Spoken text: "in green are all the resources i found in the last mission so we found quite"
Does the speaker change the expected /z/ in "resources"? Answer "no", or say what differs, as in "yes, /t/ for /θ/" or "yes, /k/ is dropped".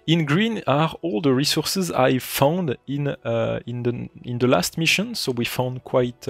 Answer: no